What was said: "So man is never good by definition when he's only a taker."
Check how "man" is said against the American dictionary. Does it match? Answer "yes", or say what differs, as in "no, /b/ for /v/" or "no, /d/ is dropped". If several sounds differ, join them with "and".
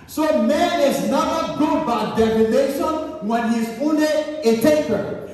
yes